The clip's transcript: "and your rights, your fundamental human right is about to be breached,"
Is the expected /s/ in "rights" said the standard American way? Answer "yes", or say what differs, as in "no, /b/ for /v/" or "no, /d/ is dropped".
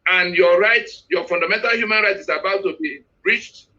no, /s/ is dropped